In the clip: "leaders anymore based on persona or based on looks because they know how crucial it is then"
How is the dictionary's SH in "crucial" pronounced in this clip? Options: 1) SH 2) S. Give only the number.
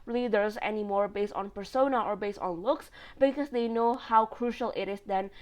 1